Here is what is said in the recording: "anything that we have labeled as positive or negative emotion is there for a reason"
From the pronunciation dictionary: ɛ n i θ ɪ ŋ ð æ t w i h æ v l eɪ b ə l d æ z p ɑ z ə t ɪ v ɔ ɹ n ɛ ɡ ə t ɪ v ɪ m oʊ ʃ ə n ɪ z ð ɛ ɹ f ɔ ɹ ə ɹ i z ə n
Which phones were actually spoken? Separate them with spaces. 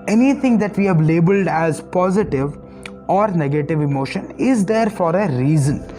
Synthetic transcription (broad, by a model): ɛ n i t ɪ ŋ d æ t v i h æ v l eɪ b ə l d æ z p ɑ z ə t ɪ v ɔ ɹ n ɛ ɡ ə t ɪ v ɪ m oʊ ʃ ə n ɪ z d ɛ ɹ f ɔ ɹ ə ɹ i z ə n